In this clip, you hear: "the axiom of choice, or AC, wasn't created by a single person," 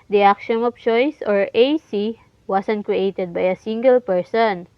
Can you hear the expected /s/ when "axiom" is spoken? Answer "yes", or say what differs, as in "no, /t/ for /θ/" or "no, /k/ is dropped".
no, /ʃ/ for /s/